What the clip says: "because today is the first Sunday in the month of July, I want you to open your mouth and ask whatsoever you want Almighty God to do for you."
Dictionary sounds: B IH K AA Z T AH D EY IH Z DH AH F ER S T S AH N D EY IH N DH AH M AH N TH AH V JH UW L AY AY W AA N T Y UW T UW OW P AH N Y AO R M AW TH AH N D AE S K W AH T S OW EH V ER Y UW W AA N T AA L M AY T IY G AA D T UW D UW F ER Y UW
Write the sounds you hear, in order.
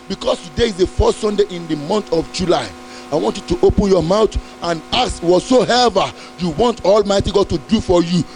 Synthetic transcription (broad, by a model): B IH K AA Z T AH D EY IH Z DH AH F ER S T S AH N D EY IH N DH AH M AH N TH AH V JH UW L AY AY W AA N T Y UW T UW OW P AH N Y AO M AW T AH N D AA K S W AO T S OW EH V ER Y UW W AA N T AA L M AY T IY G AA D T UW D UW F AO Y UW